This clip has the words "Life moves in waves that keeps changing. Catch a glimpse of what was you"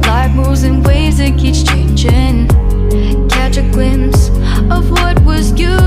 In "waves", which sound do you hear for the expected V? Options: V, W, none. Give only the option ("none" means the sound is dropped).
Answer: none